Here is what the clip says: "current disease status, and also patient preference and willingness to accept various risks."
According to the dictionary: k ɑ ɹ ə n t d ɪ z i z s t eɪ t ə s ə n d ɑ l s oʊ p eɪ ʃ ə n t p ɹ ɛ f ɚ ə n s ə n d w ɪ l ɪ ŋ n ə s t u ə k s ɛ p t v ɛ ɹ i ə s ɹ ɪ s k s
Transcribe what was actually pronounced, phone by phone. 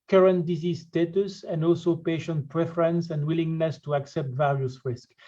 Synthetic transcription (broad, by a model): k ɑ ɹ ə n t d ɪ z i z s t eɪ t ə s ə n d ɑ l s oʊ p eɪ ʃ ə n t p ɹ ɛ f ɚ ə n s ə n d w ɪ l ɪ ŋ n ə s t u ə k s ɛ p t v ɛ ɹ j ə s ɹ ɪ s k